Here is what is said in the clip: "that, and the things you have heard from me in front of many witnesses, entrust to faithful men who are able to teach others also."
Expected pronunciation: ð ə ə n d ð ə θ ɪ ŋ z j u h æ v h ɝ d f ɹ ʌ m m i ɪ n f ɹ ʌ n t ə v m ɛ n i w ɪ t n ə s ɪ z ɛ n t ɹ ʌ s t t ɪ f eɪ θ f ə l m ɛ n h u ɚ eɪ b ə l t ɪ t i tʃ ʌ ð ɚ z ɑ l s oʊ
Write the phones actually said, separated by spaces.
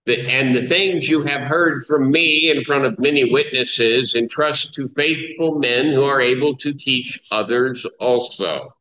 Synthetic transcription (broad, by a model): ð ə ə n ð ə θ ɪ ŋ z j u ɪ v h ɝ d f ɹ ʌ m m i ɪ n f ɹ ʌ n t ə v m ɛ n i w ɪ t n ə s ɪ z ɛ n t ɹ ʌ s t t ɪ f eɪ θ f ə l m ɛ n h u ɚ eɪ b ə l t ɪ t i tʃ ʌ ð ɚ z ɑ l s oʊ